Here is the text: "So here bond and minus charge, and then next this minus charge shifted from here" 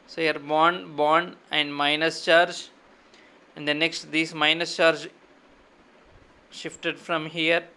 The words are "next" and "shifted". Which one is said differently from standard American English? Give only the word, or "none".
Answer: none